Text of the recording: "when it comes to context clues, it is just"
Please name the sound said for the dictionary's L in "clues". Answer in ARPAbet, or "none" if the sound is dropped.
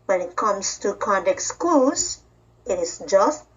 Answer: none